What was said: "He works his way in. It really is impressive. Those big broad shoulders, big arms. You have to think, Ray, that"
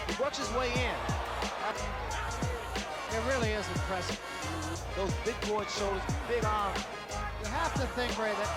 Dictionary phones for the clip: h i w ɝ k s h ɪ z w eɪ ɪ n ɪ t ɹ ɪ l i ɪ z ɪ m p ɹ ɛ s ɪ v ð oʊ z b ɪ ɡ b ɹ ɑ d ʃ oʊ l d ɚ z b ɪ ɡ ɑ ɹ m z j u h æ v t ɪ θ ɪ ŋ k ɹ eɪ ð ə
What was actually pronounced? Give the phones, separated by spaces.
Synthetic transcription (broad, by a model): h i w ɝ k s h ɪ z w eɪ ɪ n ɪ t ɹ ɪ l i ɪ z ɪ p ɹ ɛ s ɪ ð oʊ z b ɪ ɡ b ɑ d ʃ oʊ l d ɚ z b ɪ ɡ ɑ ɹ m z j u h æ f t ɪ θ ɪ ŋ k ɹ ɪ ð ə